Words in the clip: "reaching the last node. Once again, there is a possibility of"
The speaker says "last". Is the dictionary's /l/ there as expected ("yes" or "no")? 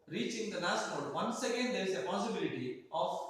no